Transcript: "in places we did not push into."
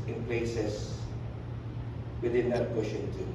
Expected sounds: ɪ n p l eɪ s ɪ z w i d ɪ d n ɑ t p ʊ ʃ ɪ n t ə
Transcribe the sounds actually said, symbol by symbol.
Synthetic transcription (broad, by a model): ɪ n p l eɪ s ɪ s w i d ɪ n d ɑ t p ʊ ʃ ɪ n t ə